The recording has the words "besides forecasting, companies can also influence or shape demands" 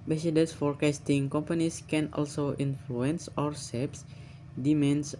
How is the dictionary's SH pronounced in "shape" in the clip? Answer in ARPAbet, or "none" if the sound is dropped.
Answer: S